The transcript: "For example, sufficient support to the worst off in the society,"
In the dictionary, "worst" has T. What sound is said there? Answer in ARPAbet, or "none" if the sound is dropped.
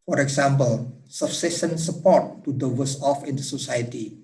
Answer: none